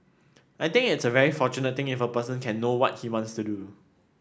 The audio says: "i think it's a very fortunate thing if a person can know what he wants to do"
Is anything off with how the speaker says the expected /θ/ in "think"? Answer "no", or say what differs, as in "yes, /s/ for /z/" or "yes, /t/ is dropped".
yes, /t/ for /θ/